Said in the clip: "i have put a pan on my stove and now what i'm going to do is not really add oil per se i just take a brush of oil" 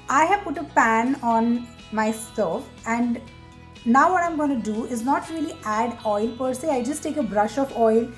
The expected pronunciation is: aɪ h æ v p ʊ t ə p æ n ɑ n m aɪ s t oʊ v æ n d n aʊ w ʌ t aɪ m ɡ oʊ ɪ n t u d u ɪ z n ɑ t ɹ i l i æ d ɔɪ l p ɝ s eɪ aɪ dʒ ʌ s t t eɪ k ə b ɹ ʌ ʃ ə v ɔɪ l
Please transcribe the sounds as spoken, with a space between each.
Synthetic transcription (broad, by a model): aɪ h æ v p ʊ t ə p æ n ɑ n m aɪ s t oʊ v æ n d n aʊ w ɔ t aɪ m ɡ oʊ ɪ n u d u ɪ z n ɑ t ɹ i l i æ d ɔɪ l p ɝ s eɪ aɪ dʒ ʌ s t t eɪ k ə b ɹ ʌ ʃ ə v ɔɪ l